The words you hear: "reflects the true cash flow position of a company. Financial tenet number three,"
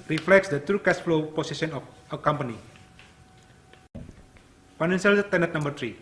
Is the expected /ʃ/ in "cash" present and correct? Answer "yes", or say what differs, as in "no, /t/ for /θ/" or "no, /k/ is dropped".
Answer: no, /s/ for /ʃ/